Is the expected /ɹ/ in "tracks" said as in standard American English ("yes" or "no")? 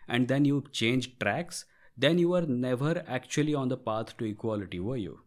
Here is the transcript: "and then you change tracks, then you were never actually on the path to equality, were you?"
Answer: yes